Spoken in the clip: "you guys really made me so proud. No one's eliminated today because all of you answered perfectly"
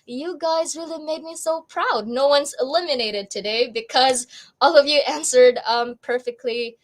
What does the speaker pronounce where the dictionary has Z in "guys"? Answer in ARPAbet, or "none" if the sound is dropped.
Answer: Z